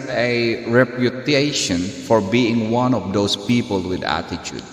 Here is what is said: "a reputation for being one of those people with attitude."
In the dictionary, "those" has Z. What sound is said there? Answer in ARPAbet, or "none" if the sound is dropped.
S